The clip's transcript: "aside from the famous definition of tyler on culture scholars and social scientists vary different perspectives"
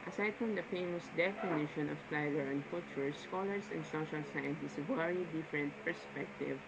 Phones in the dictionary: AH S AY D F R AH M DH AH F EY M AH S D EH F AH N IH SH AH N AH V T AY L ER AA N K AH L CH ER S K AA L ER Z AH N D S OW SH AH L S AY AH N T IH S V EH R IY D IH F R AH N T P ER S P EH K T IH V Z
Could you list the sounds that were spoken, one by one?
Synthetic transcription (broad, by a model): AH S AY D F R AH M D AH F EY M AH S D EH F AH N IH SH AH N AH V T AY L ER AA N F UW CH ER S K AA L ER S AH N D S OW SH AH L S AY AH N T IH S V EH R IY D IH F R AH N T P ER S P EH K T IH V